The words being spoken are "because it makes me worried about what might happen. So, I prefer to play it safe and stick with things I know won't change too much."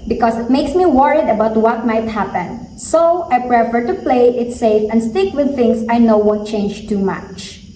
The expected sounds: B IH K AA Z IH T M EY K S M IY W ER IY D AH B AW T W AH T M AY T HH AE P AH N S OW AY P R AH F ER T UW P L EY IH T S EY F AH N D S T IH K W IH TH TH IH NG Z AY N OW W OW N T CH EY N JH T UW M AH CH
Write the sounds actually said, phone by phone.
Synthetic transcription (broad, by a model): B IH K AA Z IH T M EY K S M IY W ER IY D AH B AW T W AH T M AY T HH AE P AH N S OW AY P R AH F ER T UW P L EY IH T S EY F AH N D S T IH K W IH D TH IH NG S AY N OW W OW N T CH EY N JH T UW M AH CH